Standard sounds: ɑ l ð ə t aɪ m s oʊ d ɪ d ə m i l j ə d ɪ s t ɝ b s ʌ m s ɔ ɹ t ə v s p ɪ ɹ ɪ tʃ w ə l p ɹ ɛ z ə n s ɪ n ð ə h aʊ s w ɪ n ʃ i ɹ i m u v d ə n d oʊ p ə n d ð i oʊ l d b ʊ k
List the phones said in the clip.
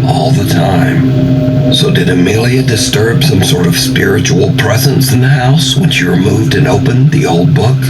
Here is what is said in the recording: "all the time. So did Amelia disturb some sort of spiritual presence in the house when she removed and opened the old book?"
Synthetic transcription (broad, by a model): ɑ l ð ə t aɪ m s oʊ d ɪ d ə m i l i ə d ɪ s t ɝ b s ʌ m s ɔ ɹ t ə v s p ɪ ɹ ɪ tʃ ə l p ɹ ɛ z ə n s ɪ n ð ə h aʊ s w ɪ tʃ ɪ ɹ i m u v d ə n oʊ p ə n ð i oʊ l d b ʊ k